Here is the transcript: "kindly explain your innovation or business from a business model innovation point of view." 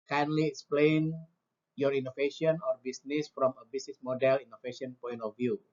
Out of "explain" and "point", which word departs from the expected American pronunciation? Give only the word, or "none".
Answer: none